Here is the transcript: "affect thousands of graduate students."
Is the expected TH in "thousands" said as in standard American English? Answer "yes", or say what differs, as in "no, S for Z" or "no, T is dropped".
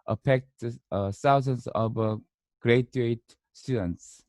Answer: no, S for TH